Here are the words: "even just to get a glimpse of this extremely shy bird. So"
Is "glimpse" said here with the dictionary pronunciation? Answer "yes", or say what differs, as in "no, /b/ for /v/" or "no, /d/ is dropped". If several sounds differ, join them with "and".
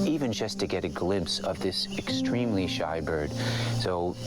yes